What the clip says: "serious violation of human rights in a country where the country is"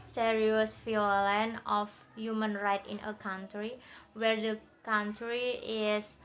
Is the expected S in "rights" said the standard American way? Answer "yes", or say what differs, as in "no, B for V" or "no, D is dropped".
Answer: no, S is dropped